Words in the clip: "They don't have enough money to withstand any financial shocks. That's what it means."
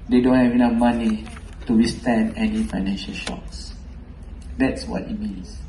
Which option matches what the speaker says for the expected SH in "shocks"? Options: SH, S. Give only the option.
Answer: SH